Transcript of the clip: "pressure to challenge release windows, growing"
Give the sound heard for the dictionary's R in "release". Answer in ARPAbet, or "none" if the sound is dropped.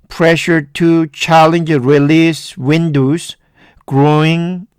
R